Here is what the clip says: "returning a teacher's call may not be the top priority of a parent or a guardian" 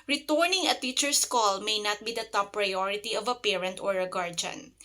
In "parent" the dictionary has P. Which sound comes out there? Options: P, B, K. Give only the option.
P